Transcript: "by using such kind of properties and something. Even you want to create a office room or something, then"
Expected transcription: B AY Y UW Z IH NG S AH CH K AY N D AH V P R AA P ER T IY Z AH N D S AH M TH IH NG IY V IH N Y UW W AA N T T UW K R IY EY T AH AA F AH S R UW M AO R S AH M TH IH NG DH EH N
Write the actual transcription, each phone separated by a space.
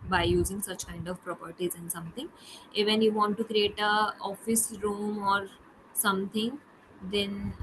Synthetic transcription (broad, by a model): B AY Y UW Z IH NG S AH CH K AY N D AH V P R AA P ER T IY Z AH N D S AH M T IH NG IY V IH N Y UW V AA N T T UW K R IY EY T AH AA F AH S R UW M AO R S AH M T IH NG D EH N